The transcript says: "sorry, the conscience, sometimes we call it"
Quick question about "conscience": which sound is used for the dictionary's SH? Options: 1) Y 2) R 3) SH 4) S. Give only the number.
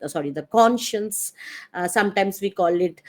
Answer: 3